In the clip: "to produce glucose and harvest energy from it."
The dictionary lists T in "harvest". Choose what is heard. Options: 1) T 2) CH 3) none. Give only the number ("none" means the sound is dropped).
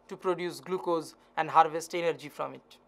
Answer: 1